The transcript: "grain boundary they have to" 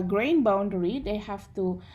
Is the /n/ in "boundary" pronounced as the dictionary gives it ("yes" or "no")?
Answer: yes